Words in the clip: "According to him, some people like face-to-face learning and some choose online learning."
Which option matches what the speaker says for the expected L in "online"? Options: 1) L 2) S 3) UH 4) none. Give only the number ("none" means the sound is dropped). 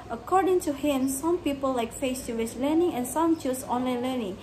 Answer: 1